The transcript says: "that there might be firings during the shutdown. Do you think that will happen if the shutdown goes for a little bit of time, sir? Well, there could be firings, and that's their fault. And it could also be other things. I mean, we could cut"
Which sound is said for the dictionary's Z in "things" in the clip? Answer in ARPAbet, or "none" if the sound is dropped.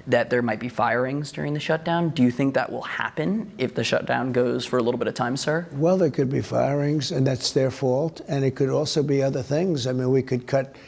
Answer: Z